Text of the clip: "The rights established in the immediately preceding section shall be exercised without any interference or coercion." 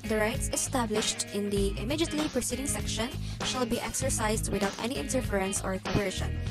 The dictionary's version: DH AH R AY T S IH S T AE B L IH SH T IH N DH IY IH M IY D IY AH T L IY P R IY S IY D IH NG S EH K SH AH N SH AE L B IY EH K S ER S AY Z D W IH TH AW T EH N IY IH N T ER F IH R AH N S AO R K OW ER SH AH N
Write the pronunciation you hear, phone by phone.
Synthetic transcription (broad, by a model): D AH R AY T S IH S T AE B L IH SH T IH N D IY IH M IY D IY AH T L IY P R IY S IY D IH NG S EH K SH AH N SH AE L B IY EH K S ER S AY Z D W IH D AW T EH N IY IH N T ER F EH R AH N S AO R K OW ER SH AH N